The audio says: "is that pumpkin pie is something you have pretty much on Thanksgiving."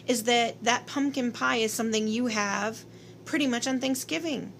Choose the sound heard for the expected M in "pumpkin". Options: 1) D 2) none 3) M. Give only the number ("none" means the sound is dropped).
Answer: 3